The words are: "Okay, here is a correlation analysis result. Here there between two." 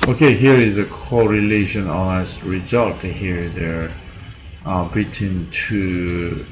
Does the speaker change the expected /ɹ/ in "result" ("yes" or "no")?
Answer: no